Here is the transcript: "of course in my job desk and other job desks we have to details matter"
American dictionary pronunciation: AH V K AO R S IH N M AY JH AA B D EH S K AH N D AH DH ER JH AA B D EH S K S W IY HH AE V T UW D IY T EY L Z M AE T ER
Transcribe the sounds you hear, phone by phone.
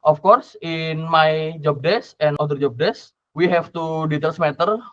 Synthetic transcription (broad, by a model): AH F K AO R S IH N M AY JH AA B D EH S AH N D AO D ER JH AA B D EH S S W IY HH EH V T UW D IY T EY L S M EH T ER